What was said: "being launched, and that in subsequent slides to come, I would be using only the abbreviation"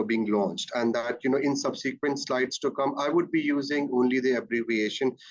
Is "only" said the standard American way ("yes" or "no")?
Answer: yes